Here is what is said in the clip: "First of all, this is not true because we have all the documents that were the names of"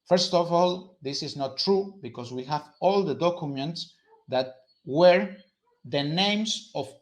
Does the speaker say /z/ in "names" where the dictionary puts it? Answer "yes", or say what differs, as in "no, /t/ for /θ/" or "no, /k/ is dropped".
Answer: no, /s/ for /z/